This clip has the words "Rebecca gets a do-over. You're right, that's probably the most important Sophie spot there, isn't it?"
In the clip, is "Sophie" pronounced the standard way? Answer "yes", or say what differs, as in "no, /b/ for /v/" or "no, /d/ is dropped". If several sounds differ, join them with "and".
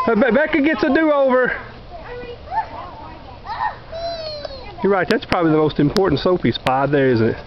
no, /p/ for /f/